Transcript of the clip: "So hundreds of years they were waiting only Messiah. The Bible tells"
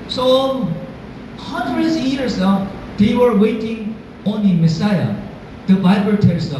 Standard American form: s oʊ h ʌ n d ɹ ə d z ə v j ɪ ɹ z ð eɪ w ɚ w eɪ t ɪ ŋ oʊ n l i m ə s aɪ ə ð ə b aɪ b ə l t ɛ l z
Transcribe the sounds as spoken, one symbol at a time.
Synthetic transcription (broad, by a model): s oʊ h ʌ n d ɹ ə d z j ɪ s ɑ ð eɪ w ɚ w eɪ t ɪ ŋ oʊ n i m ə s aɪ ə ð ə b aɪ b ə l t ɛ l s